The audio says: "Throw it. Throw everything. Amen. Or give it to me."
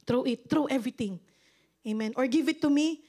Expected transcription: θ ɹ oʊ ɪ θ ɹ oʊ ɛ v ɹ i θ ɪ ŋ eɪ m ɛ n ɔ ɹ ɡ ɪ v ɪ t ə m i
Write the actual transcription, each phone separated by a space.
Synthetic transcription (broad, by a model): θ ɹ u ɪ t ɹ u ɛ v ɹ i t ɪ ŋ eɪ m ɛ n ɔ ɹ ɡ ɪ v ɪ t ə m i